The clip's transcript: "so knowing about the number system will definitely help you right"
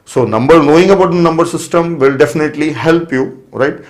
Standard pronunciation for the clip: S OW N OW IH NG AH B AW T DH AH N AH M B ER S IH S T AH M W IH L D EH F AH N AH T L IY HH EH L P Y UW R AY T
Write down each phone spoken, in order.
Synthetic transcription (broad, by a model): S OW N OW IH NG AH B AW T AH N AH M B ER S IH S T AH M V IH L D EH F AH N AH T L IY HH EH L P Y UW R AY T